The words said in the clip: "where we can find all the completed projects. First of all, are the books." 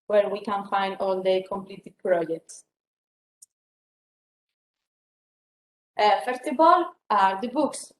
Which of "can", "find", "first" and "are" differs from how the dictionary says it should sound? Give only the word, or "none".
none